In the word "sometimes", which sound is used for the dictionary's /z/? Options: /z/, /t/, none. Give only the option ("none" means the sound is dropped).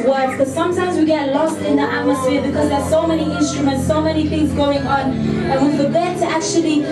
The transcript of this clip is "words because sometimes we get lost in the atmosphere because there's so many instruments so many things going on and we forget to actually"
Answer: /z/